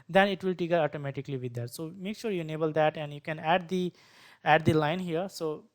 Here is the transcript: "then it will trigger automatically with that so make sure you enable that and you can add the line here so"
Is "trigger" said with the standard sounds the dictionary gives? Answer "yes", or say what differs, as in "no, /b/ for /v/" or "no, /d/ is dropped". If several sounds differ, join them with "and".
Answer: no, /ɹ/ is dropped